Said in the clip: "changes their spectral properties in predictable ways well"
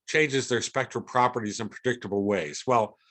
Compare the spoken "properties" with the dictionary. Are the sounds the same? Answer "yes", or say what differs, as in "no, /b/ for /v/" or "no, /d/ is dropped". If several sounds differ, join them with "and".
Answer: yes